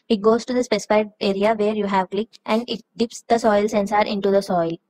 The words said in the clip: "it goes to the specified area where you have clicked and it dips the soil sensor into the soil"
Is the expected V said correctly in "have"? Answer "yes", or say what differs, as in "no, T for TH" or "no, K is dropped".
yes